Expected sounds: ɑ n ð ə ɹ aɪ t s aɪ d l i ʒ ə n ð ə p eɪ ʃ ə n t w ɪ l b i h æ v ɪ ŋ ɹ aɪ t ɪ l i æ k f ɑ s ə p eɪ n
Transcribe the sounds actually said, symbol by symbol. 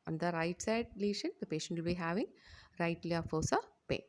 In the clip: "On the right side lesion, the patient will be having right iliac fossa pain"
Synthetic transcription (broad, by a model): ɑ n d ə ɹ aɪ t s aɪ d l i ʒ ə n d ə p eɪ ʃ ə n t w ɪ l b i h æ v ɪ ŋ ɹ aɪ t l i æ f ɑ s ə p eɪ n